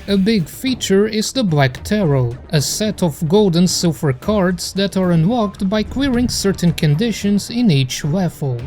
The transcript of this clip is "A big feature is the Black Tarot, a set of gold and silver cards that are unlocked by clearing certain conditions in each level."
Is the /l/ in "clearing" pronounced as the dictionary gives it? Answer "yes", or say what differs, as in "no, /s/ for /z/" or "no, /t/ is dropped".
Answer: no, /w/ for /l/